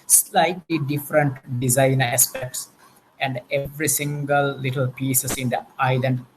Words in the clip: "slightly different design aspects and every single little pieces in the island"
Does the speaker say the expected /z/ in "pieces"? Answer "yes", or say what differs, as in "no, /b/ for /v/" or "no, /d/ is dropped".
no, /s/ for /z/